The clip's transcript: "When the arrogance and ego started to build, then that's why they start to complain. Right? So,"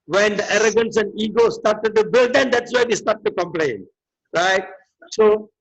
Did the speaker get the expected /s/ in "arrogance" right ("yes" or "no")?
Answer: yes